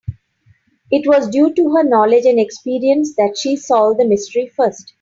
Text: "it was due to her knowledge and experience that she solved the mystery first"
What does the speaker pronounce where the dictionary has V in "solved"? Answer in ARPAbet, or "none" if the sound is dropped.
none